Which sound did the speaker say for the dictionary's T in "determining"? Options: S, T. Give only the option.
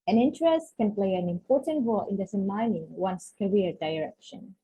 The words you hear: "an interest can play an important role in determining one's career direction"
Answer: S